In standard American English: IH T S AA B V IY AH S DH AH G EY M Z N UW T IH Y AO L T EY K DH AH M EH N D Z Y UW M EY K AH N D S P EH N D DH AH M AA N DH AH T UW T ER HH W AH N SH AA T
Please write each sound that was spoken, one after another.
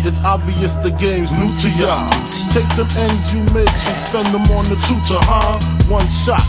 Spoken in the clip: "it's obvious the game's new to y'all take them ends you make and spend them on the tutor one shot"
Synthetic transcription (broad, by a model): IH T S AA B V IY AH S DH AH G EY M Z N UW T IH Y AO T EY K DH AH M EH N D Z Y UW M EY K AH S P EH N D DH AH M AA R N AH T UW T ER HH W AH N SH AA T